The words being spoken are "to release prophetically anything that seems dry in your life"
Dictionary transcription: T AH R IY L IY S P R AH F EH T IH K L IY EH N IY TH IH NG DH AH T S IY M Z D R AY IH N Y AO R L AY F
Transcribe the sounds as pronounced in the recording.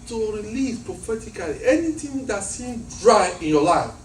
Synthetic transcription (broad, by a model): T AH R IY L IY S P R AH F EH T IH K L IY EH N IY T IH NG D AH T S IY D R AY IH N Y AO L AY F